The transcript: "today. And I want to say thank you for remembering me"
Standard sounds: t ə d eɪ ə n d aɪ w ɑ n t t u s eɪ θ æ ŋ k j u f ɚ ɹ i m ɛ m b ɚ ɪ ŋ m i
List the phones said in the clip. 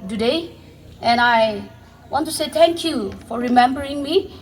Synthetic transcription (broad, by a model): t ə d eɪ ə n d aɪ w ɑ n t t u s eɪ t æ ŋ k j u f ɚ ɹ i m ɛ m b ɚ ɪ ŋ m i